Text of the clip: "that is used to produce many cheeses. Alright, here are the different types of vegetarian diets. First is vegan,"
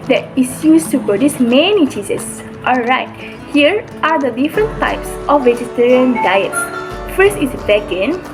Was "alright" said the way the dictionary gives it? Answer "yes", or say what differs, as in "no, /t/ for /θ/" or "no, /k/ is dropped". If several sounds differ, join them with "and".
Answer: yes